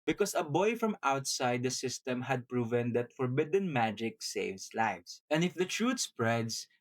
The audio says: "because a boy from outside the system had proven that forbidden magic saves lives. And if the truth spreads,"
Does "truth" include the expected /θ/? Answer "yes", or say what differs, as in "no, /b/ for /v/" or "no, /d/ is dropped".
no, /t/ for /θ/